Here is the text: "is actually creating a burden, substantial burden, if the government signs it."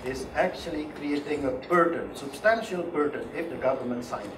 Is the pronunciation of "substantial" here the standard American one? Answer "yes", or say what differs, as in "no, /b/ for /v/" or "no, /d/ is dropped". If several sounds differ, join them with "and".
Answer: yes